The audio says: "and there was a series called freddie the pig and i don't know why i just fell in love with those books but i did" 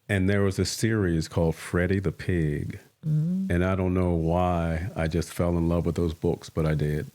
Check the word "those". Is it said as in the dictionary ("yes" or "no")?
yes